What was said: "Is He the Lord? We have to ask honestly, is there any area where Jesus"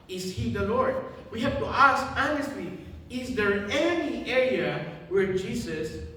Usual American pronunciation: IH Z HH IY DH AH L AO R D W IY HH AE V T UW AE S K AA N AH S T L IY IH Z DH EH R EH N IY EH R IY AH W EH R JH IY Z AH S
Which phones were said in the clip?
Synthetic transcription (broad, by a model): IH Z HH IY DH AH L AO R D W IY HH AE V T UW AE S K AA N AH S T L IY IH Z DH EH R EH N IY EH R IY AH W EH R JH IY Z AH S